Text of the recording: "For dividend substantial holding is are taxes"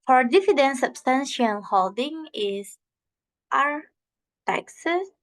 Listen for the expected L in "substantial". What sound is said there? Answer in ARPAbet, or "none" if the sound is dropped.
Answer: N